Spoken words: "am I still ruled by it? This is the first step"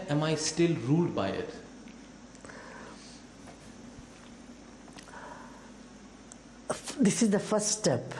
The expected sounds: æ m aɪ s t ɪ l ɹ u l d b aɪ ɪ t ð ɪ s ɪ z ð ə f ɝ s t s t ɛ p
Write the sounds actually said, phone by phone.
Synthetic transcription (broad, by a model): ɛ m aɪ s t ɪ l ɹ u l d b aɪ ɪ t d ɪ s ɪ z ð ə f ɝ s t s t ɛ p